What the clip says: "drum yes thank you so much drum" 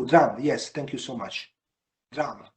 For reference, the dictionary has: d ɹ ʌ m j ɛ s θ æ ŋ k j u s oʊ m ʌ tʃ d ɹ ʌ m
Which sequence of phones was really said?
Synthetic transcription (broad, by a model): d ɹ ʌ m j ɛ s t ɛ ŋ k j u s oʊ m ʌ tʃ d ɹ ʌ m